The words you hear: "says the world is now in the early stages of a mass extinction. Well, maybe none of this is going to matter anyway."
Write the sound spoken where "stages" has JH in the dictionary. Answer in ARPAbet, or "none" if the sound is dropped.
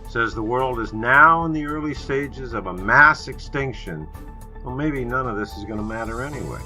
JH